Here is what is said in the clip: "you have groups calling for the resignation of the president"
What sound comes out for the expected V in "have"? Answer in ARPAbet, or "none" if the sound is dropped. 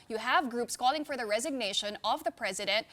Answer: V